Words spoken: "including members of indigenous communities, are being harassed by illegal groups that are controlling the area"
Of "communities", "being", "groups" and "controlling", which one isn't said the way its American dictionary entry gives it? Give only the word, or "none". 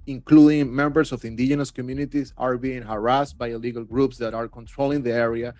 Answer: communities